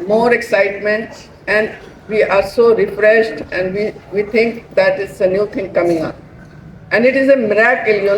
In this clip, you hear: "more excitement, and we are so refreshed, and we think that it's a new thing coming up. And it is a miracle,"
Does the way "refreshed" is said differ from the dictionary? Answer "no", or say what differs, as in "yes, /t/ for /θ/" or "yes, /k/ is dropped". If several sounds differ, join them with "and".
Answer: no